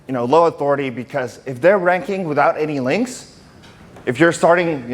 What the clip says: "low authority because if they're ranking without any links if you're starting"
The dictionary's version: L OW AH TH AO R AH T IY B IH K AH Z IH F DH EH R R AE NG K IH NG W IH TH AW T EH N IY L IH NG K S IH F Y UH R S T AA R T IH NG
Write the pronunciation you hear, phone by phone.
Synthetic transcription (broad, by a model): L OW AH TH AO R AH T IY B IH K AH Z IH F DH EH R R AE NG K IH NG W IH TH AW T EH N IY L IH NG K S IH F Y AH R S T AA R T IH NG